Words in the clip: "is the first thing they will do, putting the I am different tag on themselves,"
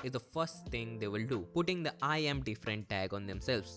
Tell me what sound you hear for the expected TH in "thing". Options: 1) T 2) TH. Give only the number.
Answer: 1